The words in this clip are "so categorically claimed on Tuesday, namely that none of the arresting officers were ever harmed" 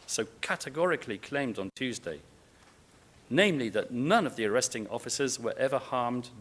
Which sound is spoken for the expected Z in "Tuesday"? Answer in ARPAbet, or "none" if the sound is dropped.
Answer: Z